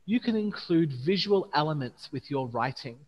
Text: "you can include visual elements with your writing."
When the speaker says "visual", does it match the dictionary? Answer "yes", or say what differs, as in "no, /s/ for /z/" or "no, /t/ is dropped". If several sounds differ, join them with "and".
yes